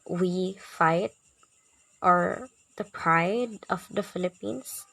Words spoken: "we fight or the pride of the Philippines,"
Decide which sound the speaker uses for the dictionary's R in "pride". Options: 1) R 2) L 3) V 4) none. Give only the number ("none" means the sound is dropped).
1